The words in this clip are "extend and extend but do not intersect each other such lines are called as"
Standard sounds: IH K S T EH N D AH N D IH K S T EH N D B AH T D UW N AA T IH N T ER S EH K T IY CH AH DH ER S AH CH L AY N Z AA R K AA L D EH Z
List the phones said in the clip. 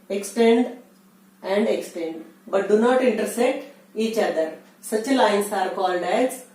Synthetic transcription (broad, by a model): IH K S T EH N D AH N D IH K S T EH N D B AH T D UW N AA T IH N T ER S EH T IY CH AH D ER S AH CH L AY N S AA R K AA L D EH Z